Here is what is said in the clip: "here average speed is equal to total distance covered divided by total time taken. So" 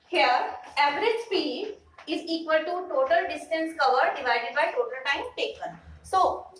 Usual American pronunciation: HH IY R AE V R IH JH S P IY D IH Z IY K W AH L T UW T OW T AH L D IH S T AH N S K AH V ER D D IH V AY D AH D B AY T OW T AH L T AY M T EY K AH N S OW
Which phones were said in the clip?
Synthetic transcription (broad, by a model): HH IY R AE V R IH JH S P IY D IH Z IY K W AH L T UW T OW T AH L D IH S T AH N S K AH V ER D D IH V AY D AH D B AY T OW T AH L T AY M T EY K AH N S OW